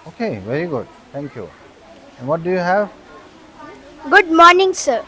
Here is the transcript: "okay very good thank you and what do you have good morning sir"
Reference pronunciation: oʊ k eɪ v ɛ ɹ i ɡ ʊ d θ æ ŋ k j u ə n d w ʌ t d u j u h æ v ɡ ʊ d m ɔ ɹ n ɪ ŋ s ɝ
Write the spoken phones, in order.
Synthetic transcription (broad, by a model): oʊ k eɪ v ɛ ɹ i ɡ ʊ d t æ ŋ k j u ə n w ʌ t d u j u h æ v ɡ ʊ d m ɔ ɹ n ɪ ŋ s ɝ